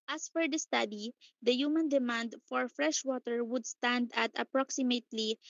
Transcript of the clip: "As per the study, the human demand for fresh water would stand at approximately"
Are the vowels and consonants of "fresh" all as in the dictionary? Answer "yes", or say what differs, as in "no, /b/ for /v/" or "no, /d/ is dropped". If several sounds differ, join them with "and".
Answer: yes